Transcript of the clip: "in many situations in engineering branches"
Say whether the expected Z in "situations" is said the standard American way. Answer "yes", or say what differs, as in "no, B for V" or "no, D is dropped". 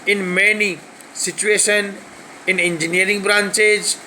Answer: no, Z is dropped